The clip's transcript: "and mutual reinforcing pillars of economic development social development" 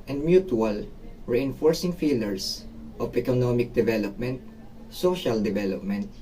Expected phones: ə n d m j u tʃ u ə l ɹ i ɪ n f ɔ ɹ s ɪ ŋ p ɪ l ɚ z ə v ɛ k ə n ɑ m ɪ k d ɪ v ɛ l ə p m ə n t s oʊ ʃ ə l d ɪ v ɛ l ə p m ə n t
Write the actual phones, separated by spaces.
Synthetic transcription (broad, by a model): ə n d m j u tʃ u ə l ɹ i ɪ n f ɔ ɹ s ɪ ŋ f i l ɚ s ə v ɛ k ə n ɑ m ɪ k d ɪ v ɛ l ə p m ə n t s oʊ ʃ ə l d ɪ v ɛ l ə p m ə n t